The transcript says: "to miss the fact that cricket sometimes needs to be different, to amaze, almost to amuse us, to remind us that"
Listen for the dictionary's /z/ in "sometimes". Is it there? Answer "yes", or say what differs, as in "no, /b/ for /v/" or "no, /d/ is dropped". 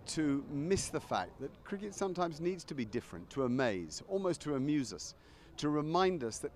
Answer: yes